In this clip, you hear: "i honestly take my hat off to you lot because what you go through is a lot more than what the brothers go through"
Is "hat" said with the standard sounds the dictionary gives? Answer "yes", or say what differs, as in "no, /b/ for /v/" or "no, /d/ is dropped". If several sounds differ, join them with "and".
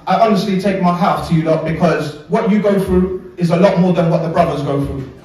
no, /t/ is dropped